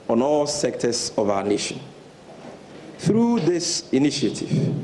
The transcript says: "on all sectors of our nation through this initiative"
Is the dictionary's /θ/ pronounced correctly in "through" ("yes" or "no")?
yes